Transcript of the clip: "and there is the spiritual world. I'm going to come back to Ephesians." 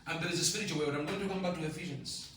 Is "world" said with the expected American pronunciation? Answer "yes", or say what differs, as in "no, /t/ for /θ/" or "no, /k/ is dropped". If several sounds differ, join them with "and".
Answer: no, /w/ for /l/